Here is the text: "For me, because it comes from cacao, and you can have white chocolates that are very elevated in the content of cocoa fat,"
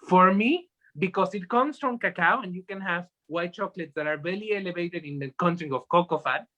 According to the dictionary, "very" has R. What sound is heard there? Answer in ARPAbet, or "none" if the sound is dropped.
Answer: L